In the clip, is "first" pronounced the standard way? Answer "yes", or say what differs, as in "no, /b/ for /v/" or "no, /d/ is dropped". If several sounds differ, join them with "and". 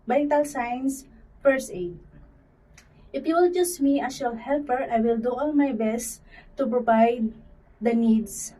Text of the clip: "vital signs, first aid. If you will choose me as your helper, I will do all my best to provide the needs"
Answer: no, /t/ is dropped